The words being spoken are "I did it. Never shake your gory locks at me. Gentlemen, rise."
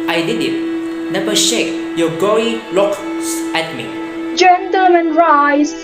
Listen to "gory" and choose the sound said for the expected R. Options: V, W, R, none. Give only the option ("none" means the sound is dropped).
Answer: none